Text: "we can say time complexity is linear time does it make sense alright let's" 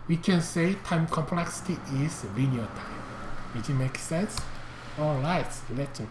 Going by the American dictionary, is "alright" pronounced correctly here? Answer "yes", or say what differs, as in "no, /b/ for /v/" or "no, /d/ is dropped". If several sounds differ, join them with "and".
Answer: no, /ɹ/ is dropped